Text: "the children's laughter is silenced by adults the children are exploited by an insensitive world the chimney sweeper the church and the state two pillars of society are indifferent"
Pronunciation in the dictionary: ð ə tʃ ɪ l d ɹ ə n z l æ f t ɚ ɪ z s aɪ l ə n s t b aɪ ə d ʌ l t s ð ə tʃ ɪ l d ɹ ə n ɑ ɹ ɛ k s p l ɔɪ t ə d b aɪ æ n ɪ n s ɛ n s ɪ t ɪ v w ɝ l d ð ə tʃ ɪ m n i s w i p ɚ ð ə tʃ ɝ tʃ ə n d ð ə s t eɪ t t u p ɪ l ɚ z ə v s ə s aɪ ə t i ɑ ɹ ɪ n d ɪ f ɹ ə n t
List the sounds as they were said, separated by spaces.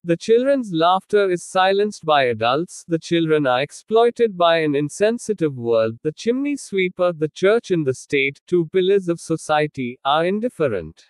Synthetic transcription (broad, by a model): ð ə tʃ ɪ l d ɹ ə n z l æ f t ɚ ɪ z s aɪ l ə n s t b aɪ ə d ʌ l t s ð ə tʃ ɪ l d ɹ ə n ɑ ɹ ɛ k s p l ɔɪ t ə d b aɪ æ n ɪ n s ɛ n s ɪ t ɪ v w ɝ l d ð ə tʃ ɪ m n i s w i p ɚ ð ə tʃ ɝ tʃ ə n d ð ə s t eɪ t t u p ɪ l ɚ z ə v s ə s aɪ ə t i ɑ ɹ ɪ n d ɪ f ɹ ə n t